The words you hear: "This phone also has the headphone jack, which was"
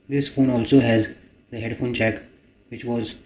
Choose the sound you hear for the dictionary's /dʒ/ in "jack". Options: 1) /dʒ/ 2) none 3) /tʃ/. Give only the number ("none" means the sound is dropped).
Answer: 3